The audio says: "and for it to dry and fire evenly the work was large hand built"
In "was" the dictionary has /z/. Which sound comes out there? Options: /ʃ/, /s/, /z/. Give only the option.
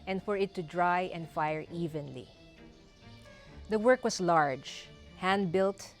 /s/